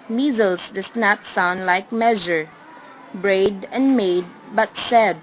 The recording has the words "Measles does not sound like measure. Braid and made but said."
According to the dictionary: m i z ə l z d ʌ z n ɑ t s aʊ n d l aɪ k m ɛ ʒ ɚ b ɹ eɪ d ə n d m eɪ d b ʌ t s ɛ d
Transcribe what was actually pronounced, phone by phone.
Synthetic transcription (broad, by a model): m i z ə l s d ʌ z n ɑ t s aʊ n d l aɪ k m ɛ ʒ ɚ b ɹ eɪ d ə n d m eɪ d b ʌ t s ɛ d